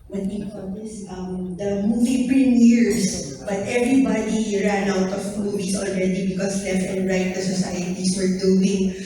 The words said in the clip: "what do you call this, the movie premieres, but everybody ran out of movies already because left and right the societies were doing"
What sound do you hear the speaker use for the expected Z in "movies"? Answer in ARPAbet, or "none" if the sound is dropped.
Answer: S